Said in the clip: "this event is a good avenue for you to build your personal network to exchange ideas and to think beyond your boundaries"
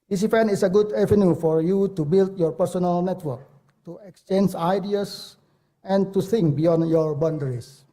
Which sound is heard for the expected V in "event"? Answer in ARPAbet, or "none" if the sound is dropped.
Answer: F